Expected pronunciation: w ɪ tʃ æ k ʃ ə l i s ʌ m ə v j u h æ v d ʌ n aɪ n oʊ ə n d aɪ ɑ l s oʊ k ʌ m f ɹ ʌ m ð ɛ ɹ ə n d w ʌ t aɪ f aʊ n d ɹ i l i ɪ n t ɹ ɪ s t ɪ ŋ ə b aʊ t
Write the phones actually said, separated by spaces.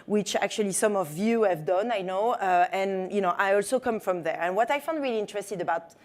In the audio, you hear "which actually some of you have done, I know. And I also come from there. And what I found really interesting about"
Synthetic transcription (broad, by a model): w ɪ tʃ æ k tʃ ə l i s ʌ m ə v j u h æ v d ʌ n aɪ n oʊ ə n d aɪ ɑ l s oʊ k ʌ m f ɹ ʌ m ð ɛ ɹ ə n w ʌ t aɪ f aʊ n d ɹ i l i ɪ n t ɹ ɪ s t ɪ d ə b aʊ t